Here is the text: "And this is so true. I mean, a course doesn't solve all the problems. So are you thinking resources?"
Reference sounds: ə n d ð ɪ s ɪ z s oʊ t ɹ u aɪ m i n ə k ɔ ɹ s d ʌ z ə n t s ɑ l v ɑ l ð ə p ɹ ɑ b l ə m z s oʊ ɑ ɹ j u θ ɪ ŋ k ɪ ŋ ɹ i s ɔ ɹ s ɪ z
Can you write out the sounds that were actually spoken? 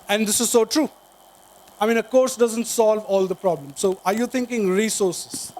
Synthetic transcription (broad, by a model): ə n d ɪ s ɪ z s oʊ t ɹ u aɪ m i n ə k ɔ ɹ s d ʌ z ə n t s ɑ l v ɑ l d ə p ɹ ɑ b l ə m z s oʊ ɑ ɹ j u t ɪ ŋ k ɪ ŋ ɹ i s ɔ ɹ s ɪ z